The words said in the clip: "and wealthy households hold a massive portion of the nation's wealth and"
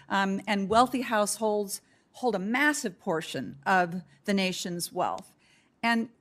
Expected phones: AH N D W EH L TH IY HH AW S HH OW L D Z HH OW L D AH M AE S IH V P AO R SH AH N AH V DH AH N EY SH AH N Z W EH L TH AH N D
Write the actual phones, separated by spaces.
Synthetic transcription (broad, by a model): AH N W EH L TH IY HH AW S HH OW L D Z HH OW L D AH M AE S IH V P AO R SH AH N AH V DH AH N EY SH AH N Z W EH L TH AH N